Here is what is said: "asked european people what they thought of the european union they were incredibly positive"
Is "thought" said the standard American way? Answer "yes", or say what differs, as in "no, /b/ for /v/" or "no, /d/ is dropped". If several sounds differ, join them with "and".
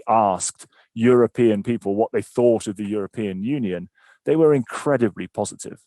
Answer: yes